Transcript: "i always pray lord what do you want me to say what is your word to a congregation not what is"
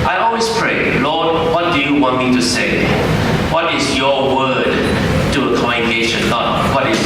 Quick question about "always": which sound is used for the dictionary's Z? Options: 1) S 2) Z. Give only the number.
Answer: 1